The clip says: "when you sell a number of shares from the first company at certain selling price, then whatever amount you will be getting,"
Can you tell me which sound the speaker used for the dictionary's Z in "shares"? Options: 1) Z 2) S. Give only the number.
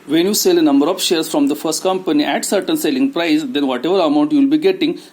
2